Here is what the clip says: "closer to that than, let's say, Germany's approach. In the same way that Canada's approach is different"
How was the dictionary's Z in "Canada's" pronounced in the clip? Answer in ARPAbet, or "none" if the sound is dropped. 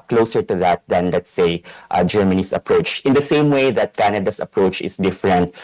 S